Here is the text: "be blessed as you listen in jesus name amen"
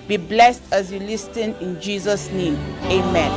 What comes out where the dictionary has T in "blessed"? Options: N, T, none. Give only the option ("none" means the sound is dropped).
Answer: T